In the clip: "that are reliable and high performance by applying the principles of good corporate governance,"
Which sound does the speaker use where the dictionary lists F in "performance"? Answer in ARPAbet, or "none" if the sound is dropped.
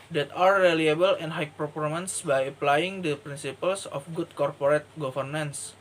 P